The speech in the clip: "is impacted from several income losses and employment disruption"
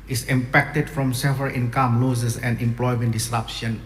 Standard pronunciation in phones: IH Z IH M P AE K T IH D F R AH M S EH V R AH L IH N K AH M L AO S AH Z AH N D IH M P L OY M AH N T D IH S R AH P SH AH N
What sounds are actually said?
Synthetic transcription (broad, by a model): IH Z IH M P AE K T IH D F R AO M S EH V AH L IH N K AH M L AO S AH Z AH N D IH M P L OY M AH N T D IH S R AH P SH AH N